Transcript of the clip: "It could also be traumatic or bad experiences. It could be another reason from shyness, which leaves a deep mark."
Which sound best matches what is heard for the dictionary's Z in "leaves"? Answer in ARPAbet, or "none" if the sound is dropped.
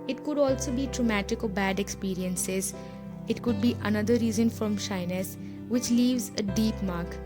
Z